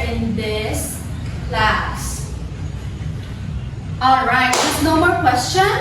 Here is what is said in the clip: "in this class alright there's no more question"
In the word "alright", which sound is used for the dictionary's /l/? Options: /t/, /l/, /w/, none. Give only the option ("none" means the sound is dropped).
/l/